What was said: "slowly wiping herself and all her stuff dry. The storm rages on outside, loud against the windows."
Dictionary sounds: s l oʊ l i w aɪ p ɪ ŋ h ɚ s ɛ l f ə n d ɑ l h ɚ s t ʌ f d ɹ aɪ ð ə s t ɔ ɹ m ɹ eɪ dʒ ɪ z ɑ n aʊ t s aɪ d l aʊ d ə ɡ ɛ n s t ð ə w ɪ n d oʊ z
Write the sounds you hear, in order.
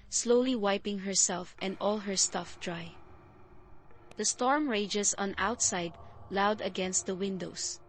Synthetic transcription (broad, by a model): s l oʊ l i w aɪ p ɪ ŋ h ɚ s ɛ l f ə n d ɑ l h ɚ s t ʌ f d ɹ aɪ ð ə s t ɔ ɹ m ɹ eɪ dʒ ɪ s ɑ n aʊ t s aɪ d l aʊ d ə ɡ ɛ n s t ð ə w ɪ n d oʊ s